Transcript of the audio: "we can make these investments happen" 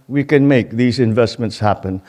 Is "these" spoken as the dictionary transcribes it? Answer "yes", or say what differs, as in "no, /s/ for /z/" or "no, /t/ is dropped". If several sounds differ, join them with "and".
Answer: yes